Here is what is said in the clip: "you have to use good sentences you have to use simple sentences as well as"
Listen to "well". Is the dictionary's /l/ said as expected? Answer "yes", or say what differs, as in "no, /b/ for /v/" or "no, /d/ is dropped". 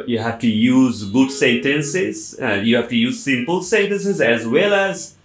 yes